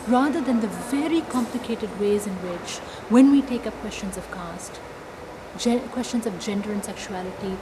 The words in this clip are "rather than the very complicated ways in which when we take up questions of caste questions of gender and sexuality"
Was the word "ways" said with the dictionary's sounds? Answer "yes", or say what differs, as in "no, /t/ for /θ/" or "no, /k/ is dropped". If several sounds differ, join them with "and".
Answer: yes